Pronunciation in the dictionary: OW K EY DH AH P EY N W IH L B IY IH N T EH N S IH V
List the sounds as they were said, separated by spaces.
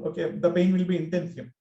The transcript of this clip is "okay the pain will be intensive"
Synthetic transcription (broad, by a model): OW K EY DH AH B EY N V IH L B IY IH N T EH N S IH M